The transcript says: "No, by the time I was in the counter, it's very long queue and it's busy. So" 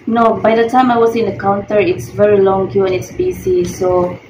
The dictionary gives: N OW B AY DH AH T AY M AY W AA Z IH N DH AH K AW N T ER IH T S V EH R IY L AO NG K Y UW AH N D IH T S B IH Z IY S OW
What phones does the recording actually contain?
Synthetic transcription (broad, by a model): N OW B AY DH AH T AY M AY W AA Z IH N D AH K AW N T ER IH T S V EH R IY L AO NG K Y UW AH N IH T S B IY S IY S OW